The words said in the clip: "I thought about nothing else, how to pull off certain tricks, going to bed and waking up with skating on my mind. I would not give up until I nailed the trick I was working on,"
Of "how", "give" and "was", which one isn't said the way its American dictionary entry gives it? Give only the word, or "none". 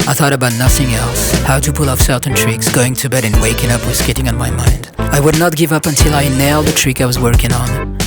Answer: none